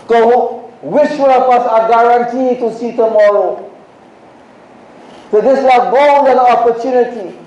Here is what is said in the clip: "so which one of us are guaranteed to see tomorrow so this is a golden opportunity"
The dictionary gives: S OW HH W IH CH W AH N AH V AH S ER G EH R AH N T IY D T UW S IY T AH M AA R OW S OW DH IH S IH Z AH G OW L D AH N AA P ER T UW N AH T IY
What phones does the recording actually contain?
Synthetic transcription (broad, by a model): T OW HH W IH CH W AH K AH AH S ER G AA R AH N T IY T UW S IY T AH M AA R OW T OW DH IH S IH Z AH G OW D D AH AA P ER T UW N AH T IY